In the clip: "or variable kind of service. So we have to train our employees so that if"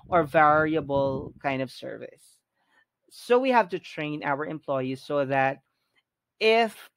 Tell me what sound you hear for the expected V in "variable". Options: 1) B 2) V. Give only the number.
2